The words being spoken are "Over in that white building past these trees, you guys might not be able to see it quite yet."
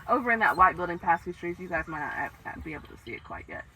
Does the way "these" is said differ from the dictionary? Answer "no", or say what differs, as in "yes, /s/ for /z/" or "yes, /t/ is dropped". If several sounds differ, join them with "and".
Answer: yes, /z/ is dropped